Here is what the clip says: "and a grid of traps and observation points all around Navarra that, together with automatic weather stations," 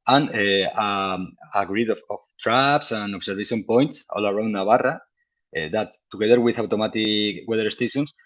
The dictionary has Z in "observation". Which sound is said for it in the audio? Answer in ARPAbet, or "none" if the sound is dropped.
S